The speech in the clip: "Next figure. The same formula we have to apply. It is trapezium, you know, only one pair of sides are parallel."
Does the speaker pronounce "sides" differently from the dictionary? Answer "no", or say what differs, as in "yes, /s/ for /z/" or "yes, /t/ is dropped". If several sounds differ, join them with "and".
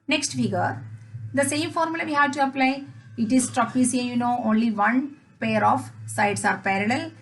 yes, /s/ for /z/